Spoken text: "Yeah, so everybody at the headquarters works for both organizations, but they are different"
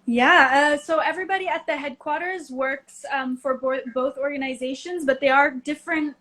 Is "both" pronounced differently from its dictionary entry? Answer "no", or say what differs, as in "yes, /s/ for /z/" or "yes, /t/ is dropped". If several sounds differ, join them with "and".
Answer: no